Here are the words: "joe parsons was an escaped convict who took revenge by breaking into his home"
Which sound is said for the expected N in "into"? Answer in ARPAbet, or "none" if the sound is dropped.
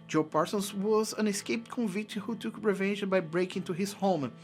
none